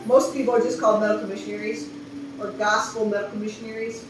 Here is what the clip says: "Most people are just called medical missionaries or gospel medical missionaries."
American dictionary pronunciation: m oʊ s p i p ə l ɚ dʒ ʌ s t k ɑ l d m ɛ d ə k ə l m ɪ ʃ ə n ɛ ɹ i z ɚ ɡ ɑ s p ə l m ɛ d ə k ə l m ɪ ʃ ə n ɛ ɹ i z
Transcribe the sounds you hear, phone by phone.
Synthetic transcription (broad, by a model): m oʊ s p i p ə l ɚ dʒ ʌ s k ɑ l d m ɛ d k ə m ɪ ʃ ə n ɛ ɹ i z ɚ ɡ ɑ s f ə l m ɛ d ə k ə m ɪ ʃ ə n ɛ ɹ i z